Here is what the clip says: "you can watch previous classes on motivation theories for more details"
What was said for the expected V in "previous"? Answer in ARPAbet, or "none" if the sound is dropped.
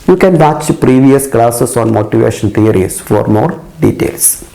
V